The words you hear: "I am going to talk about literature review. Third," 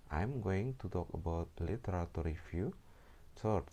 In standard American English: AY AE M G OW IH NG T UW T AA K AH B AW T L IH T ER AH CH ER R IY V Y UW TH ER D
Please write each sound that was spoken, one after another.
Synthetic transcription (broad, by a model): AY M G OW IH NG T UW T AA K AH B AW T L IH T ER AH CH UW R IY F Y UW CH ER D